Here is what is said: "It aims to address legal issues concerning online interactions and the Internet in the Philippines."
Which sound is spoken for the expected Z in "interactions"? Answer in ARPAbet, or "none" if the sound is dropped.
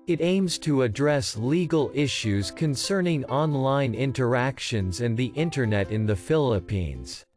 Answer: Z